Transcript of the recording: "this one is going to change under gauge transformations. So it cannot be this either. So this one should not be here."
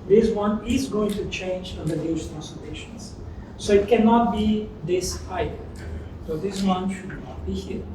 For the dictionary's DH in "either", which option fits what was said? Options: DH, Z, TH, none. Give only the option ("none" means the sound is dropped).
none